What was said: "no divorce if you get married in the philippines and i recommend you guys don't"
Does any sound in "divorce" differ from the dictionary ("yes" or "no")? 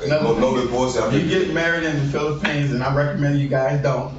yes